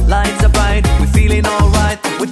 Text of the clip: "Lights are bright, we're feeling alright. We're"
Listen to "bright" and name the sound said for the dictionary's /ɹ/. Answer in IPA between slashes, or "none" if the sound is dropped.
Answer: none